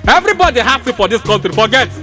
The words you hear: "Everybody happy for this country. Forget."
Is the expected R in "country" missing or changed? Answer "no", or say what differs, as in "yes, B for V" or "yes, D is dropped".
yes, R is dropped